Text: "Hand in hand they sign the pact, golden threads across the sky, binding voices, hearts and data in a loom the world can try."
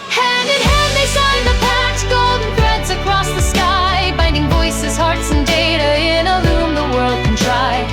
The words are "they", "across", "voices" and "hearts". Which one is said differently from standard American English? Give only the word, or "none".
none